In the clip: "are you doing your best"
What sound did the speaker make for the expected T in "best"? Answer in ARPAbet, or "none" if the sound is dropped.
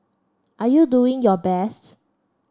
T